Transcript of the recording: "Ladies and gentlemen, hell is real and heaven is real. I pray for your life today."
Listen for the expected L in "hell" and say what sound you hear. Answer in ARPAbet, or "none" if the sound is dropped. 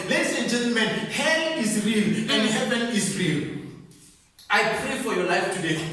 N